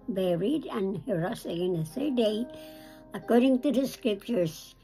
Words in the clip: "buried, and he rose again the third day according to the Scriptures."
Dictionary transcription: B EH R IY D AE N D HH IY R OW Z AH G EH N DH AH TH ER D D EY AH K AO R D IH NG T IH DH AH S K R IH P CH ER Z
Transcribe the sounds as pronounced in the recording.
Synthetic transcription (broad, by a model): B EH R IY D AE N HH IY R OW S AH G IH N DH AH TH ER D D EY AH K AO R D IH NG T IH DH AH S K R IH P CH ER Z